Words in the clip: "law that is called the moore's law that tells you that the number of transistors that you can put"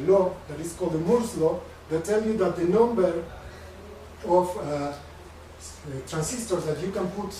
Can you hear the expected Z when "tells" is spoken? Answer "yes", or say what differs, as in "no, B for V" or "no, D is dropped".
no, Z is dropped